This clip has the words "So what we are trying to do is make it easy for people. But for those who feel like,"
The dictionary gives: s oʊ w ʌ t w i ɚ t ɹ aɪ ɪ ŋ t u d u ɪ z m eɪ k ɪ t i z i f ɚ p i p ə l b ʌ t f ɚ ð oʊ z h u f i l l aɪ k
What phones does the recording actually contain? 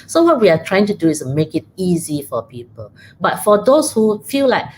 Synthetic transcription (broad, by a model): s oʊ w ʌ t w i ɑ t ɹ aɪ ɪ ŋ t u d u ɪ s m eɪ k ɪ t i z i f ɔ p i p ə l b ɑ t f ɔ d oʊ s h u f i l l aɪ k